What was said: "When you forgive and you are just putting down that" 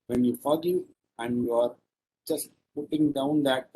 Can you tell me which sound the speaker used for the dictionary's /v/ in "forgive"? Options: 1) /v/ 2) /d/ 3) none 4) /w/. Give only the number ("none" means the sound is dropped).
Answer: 3